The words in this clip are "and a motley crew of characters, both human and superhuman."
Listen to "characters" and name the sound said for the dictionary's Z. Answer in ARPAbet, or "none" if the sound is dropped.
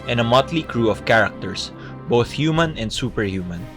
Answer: S